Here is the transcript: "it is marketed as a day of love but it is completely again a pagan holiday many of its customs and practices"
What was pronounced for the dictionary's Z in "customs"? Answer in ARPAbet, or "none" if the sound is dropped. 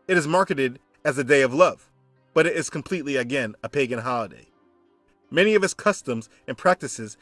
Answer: Z